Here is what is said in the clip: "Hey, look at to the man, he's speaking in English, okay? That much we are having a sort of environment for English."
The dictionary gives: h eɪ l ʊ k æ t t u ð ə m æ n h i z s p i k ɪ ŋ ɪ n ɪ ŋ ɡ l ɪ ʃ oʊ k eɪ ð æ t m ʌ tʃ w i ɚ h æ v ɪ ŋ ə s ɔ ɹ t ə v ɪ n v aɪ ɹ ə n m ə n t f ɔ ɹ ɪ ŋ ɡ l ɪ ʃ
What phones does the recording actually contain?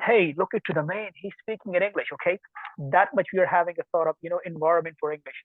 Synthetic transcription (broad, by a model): h eɪ l ʊ k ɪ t t u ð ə m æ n h i z s p i k ɪ ŋ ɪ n ɪ ŋ ɡ l ɪ ʃ oʊ k eɪ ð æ t m ʌ tʃ w i ɚ h æ v ɪ ŋ ə θ ɔ ɹ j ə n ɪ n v aɪ ɹ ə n m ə n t f ɔ ɹ ɪ ŋ ɡ l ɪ ʃ